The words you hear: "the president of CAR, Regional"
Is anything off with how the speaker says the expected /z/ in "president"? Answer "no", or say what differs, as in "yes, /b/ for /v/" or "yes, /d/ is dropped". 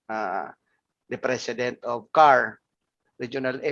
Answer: yes, /s/ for /z/